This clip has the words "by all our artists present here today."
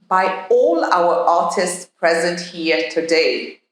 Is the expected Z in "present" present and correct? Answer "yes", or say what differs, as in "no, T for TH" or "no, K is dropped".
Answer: yes